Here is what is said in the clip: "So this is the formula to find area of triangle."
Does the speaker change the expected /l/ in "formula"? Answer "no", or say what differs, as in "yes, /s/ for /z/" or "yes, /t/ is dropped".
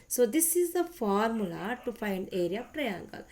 no